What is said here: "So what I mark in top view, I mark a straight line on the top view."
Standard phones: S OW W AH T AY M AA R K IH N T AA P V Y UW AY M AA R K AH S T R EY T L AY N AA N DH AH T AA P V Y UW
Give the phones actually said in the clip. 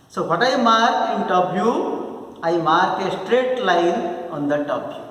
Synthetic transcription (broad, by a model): S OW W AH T AY M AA R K IH N T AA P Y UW AY M AA R K AH S T R EY T L AY N AA N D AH T AA P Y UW